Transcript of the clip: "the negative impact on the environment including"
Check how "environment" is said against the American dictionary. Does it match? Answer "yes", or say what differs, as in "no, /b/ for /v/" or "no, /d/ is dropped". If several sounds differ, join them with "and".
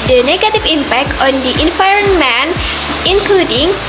no, /f/ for /v/